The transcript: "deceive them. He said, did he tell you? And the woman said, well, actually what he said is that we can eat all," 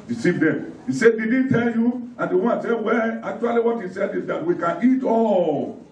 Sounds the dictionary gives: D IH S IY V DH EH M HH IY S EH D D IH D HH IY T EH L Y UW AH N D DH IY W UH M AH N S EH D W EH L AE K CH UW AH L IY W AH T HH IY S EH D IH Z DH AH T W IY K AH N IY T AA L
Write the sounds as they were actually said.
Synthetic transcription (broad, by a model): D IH S IY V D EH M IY S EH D D IH D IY T EH L Y UW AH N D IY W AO AH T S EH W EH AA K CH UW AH L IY W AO T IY S EH D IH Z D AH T W IY K AH N IY T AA